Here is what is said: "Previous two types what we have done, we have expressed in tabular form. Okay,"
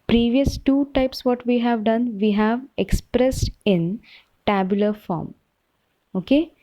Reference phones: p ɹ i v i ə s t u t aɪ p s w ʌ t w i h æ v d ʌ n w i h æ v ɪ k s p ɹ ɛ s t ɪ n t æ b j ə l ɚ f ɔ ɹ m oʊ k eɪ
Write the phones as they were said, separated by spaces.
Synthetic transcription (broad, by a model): p ɹ i v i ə s t u t aɪ p s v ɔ t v i h æ v d ʌ n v i h æ v ɪ k s p ɹ ɛ s t ɪ n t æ b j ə l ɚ f ɔ ɹ m oʊ k eɪ